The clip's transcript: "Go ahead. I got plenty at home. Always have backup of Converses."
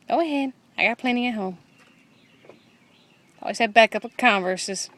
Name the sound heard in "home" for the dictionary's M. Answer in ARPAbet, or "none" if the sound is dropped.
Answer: M